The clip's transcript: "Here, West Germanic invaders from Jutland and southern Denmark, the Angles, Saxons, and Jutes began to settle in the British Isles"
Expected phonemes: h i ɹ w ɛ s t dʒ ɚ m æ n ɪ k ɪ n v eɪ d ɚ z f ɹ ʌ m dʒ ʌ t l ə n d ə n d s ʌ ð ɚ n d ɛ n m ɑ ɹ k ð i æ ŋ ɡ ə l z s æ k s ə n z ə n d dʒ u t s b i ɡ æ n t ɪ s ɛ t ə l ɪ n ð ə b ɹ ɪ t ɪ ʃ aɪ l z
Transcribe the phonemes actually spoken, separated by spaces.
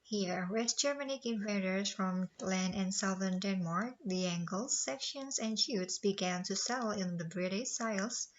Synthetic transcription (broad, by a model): h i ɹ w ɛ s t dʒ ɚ m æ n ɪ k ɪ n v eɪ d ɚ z f ɹ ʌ m l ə n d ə n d s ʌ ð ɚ n d ɛ n m ɑ ɹ k ð i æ ŋ ɡ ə l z s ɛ k ʃ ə n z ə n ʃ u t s b i ɡ æ n t ɪ s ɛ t l ɪ n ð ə b ɹ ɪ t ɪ s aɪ l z